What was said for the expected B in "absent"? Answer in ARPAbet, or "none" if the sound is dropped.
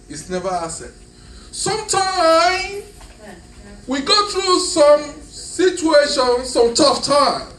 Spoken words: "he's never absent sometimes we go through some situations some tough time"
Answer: none